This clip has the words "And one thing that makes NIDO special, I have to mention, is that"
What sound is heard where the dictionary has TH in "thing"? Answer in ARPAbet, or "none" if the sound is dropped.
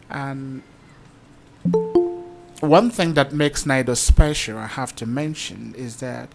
TH